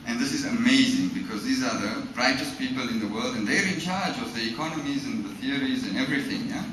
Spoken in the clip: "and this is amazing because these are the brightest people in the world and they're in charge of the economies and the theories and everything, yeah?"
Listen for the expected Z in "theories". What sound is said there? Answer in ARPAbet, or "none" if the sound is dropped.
Z